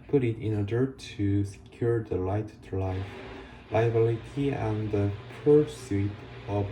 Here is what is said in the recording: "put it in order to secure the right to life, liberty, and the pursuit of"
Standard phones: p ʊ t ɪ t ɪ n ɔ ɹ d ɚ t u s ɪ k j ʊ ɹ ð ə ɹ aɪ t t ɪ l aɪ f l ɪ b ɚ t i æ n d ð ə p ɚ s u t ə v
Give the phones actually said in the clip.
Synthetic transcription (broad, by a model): p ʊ t ɪ t ɪ n ɔ ɹ d ɚ t u s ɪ k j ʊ ɹ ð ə l aɪ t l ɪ l aɪ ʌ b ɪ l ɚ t i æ n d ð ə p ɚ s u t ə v